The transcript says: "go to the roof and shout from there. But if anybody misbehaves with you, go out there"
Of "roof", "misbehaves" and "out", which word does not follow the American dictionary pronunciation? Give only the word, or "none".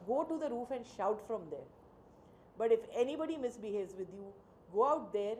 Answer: none